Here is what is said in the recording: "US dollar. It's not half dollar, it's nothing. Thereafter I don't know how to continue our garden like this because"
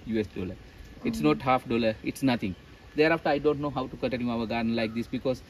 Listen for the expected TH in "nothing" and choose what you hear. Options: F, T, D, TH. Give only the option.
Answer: T